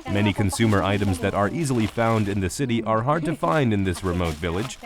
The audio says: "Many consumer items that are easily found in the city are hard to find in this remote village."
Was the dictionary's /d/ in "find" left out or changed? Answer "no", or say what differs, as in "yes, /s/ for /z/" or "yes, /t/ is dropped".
no